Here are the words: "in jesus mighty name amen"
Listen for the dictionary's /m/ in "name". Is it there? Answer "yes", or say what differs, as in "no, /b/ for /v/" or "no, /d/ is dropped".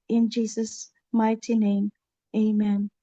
yes